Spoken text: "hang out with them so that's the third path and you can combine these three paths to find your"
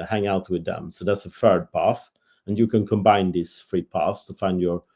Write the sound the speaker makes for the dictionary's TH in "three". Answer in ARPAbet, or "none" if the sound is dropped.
F